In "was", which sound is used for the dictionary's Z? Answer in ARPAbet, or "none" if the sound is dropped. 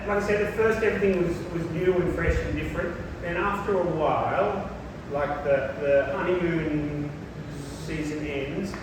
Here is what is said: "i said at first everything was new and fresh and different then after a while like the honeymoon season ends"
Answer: Z